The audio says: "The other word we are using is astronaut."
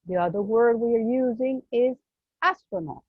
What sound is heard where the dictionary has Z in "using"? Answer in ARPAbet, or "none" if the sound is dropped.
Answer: Z